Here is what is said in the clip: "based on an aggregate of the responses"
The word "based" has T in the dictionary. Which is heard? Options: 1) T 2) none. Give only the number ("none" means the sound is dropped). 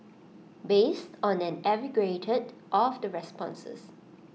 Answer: 1